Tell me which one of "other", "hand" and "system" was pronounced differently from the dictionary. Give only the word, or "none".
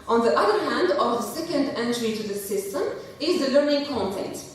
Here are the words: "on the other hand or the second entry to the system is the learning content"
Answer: none